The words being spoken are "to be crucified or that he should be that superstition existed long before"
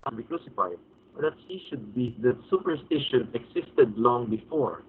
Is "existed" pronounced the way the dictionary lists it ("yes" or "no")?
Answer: no